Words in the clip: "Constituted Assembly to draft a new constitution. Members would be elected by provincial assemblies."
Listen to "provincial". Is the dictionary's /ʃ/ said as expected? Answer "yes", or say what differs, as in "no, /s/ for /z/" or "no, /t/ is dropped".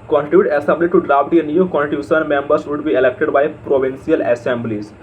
no, /s/ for /ʃ/